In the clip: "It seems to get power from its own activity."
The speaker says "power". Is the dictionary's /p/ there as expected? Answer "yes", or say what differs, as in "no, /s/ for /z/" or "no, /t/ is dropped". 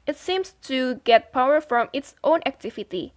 yes